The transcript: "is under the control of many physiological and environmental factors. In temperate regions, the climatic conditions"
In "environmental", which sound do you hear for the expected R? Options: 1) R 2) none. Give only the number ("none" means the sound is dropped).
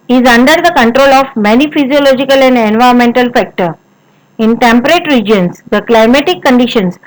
2